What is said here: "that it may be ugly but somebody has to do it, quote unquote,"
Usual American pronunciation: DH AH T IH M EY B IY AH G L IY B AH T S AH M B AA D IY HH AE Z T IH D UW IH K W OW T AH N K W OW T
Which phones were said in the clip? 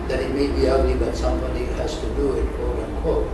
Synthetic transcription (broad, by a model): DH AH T IH M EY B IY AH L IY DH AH T S AH M B AA D IY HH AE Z T IH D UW IH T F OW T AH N K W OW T